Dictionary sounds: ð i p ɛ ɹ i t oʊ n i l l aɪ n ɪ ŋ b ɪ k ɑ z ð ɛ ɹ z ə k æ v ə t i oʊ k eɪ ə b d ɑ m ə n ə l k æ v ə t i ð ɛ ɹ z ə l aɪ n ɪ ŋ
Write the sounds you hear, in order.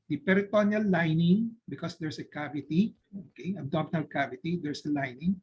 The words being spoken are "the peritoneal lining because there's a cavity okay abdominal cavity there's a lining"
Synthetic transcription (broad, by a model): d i p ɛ ɹ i t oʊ n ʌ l l aɪ n ɪ ŋ b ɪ k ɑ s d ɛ ɹ s ə k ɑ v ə t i oʊ k eɪ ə d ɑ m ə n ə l k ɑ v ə t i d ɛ ɹ s ə l aɪ n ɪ ŋ